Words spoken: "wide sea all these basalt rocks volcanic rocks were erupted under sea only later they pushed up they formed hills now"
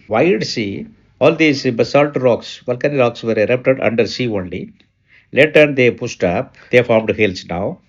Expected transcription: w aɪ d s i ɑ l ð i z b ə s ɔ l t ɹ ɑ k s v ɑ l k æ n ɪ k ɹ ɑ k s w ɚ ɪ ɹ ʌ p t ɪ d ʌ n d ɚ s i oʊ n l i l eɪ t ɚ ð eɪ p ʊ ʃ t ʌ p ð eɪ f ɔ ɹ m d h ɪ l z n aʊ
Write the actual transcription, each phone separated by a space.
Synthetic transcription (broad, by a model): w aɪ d s i ɑ l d i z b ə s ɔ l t ɹ ɑ k s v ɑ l k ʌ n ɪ ɹ ɑ k s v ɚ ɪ ɹ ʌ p t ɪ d ʌ n d ɚ s i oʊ n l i l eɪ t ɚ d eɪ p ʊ s t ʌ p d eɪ f ɔ ɹ m d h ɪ l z n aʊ